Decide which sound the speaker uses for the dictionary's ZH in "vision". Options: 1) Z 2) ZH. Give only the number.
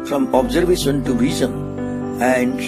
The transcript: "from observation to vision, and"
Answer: 1